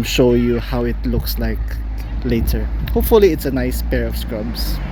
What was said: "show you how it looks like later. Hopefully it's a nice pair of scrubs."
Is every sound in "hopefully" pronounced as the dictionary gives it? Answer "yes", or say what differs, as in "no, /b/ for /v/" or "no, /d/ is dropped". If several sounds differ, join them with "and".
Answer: yes